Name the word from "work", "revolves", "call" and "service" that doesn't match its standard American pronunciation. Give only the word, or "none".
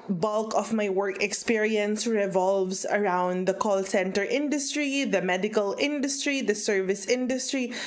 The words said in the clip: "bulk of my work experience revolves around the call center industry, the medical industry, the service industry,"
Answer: revolves